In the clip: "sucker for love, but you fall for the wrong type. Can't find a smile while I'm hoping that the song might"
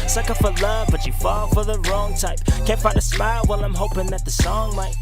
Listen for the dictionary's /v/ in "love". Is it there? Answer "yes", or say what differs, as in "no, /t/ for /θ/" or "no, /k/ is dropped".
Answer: yes